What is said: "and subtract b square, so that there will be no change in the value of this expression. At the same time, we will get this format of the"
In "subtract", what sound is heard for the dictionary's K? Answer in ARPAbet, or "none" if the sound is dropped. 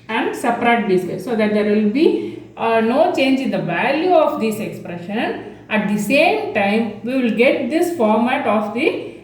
none